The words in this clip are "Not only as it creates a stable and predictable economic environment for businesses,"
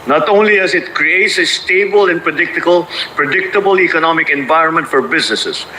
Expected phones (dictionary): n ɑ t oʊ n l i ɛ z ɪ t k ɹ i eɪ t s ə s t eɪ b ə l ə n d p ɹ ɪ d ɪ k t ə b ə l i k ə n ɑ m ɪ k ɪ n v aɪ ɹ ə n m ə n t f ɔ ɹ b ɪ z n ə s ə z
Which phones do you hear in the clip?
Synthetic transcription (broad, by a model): n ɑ t oʊ n l i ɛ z ɪ t k ɹ i eɪ t s ə s t eɪ b ə l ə n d p ɹ ɪ d ɪ k t ə b ə l i k ə n ɑ m ɪ k ɪ n v aɪ ɹ ə n m ə n t f ɔ ɹ b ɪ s n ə s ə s